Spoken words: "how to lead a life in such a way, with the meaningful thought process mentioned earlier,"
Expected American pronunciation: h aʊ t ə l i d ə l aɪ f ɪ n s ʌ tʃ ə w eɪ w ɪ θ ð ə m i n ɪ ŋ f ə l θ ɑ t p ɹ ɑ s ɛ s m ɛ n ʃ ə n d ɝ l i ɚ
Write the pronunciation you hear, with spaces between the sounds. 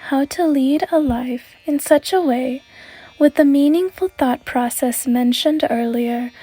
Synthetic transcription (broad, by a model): h aʊ t ə l i d ə l aɪ f ɪ n s ʌ tʃ ə w eɪ w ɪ ð ə m i n ɪ ŋ f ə l θ ɑ t p ɹ ɑ s ɛ s m ɛ n ʃ ə n d ɝ l i ɚ